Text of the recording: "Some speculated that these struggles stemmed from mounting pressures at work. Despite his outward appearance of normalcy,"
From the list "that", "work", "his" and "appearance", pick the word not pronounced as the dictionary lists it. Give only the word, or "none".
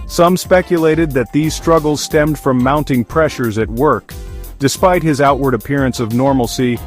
none